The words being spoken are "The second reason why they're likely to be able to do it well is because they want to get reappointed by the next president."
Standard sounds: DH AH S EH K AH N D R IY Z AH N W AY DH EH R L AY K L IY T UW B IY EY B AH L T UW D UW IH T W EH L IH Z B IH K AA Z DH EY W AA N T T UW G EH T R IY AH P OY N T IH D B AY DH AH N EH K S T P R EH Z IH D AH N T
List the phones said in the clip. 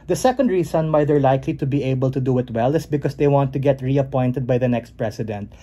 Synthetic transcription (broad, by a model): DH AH S EH K AH N D R IY S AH N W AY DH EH R L AY K L IY T UW B IY EY B AH L T UW D UW IH T W EH L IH S B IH K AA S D EY W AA N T T UW G EH T R IY AH P OY N T IH D B AY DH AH N EH K S T P R EH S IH D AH N T